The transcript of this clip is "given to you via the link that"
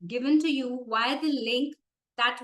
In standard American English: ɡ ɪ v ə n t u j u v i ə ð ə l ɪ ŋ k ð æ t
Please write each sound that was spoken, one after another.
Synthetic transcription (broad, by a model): ɡ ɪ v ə n t u j u w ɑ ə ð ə l ɪ ŋ k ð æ t